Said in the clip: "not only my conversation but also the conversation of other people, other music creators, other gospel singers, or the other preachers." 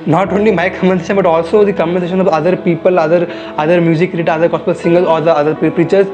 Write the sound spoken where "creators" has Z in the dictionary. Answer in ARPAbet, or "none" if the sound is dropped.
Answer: none